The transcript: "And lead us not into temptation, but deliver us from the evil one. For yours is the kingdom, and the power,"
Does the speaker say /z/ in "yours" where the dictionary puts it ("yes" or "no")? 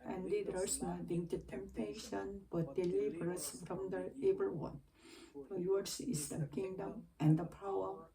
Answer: no